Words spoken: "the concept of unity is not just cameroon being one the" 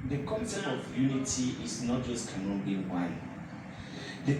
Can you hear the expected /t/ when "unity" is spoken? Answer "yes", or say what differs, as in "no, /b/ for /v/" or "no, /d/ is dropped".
yes